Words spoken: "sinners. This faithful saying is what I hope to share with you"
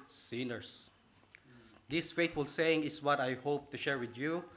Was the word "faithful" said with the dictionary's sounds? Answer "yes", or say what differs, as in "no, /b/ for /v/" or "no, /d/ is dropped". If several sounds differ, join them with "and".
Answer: no, /t/ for /θ/